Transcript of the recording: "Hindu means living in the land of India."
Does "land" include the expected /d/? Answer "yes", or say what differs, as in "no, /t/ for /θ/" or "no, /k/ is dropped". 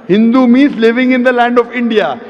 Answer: yes